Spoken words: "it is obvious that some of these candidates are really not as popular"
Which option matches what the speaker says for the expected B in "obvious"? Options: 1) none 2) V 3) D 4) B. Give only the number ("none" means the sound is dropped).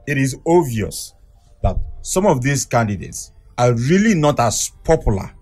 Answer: 1